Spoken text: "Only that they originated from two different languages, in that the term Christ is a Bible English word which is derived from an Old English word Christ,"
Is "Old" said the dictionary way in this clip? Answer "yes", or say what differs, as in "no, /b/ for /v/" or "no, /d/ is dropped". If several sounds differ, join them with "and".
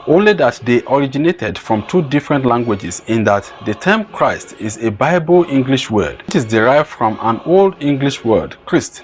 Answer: yes